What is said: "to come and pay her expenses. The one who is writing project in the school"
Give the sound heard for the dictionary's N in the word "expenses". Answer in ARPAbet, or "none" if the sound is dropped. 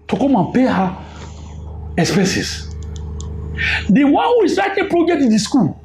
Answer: none